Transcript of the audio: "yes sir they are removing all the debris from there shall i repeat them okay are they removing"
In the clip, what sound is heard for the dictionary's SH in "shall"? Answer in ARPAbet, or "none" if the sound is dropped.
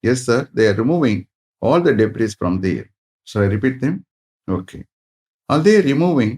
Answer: S